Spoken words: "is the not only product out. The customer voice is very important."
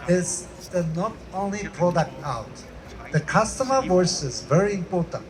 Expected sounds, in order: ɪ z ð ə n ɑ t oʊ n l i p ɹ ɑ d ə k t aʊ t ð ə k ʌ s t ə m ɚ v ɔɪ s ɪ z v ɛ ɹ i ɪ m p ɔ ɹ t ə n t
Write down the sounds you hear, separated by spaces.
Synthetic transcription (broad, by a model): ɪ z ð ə n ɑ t oʊ n l i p ɑ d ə t aʊ t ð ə k ʌ s t ə m ɚ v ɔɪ s ɪ z v ɛ ɹ i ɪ m p ɔ ɹ t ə n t